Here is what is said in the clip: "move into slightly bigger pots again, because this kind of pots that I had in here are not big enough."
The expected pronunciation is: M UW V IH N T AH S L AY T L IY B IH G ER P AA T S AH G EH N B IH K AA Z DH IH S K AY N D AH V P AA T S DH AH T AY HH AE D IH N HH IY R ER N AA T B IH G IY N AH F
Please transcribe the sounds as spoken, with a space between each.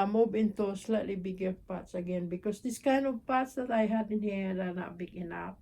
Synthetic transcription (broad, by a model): M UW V IH N T AH S L AY T L IY B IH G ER P AA T S AH G EH N B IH K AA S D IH S K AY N AH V P AA T S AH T AY HH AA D IH N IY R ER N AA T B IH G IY N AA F